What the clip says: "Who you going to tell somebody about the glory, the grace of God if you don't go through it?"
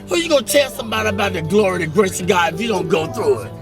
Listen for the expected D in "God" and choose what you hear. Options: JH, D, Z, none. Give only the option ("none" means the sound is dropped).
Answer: none